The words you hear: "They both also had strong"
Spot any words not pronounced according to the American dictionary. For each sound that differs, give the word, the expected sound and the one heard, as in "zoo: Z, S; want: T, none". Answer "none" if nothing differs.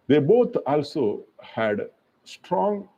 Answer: both: TH, T